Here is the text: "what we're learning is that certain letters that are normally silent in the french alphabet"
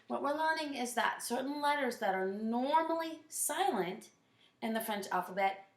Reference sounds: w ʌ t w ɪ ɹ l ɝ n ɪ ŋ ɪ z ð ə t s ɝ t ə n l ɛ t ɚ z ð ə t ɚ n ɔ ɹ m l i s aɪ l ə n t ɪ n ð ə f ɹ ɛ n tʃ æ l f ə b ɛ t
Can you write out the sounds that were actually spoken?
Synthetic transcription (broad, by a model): w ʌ t w ɪ ɹ l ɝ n ɪ ŋ ɪ z ð ə t s ɝ t n l ɛ t ɚ z ð ə t ɚ n ɔ ɹ m l i s aɪ l ə n t ɪ n ð ə f ɹ ɛ n tʃ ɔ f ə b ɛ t